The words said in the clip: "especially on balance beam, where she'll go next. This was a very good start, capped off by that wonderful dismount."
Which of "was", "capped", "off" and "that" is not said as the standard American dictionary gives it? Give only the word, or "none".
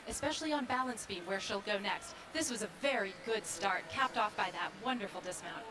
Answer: none